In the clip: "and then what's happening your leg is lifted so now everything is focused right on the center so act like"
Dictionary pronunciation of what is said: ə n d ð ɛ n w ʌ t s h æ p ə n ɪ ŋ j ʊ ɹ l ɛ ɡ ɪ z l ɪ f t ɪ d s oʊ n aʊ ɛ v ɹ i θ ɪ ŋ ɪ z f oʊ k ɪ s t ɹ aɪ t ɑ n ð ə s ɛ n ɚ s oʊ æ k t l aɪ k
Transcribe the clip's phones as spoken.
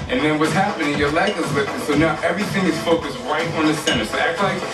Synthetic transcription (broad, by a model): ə n ð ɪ n w ʌ t s h æ p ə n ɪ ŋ j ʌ ɹ l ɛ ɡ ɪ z w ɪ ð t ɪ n s oʊ n aʊ ɛ v ɹ i θ ɪ ŋ ɪ z f oʊ k ɪ s t ɹ aɪ t n ð ə s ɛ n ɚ s oʊ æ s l aɪ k